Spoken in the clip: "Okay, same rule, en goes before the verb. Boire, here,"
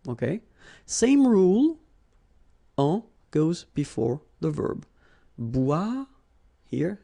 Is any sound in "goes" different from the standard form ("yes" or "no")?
no